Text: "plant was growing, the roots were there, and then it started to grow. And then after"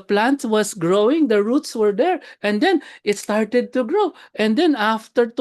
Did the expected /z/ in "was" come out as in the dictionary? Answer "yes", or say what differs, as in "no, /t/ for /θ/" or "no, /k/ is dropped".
no, /s/ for /z/